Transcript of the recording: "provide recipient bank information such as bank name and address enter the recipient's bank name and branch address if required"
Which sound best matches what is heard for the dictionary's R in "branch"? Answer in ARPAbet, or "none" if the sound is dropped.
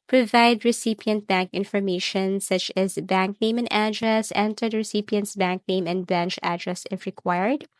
none